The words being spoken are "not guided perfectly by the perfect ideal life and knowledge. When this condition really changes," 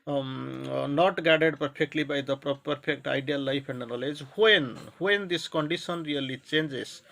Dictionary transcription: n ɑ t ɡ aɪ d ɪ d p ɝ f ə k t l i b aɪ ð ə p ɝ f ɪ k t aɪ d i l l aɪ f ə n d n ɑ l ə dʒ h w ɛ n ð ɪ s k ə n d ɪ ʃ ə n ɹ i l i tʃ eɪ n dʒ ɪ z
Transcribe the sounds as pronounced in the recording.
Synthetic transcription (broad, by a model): n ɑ t ɡ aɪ d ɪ d p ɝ p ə k t l i b aɪ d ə p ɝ p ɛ k t aɪ d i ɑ l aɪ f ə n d n ɑ l ə dʒ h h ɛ n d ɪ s k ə n d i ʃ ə n ɹ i l i tʃ eɪ n dʒ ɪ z